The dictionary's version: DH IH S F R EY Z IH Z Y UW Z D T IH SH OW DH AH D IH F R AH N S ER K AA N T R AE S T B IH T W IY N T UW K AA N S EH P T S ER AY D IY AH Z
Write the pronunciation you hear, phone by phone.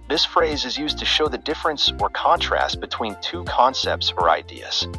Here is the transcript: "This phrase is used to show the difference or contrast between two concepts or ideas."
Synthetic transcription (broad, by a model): DH IH S F R EY Z IH Z Y UW Z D T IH SH OW DH AH D IH F R AH N S ER K AA N T R AE S T B IH T W IY N T UW K AA N S EH P T S ER AY D IY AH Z